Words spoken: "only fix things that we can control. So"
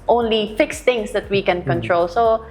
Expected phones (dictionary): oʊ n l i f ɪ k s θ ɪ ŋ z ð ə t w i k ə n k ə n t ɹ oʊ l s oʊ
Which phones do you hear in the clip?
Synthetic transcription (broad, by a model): oʊ n l i f ɪ k s t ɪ ŋ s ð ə t w i k ə n k ə n t ɹ oʊ l s oʊ